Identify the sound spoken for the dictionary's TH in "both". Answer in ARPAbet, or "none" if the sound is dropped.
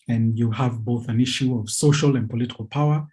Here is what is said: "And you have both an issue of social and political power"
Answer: TH